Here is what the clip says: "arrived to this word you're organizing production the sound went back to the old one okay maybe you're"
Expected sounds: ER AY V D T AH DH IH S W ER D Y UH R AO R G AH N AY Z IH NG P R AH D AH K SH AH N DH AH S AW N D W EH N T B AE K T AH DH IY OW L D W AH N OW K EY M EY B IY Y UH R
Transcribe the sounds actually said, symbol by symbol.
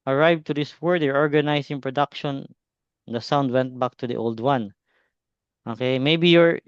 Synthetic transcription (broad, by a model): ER AY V T AH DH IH S W ER D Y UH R AO R G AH N AY S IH NG P R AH D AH K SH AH N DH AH S AW N D W EH N T B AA K T AH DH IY OW L D W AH N OW K EY M EY B IY Y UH R